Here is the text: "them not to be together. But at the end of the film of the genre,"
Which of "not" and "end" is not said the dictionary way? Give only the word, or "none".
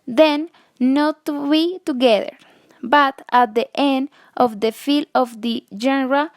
none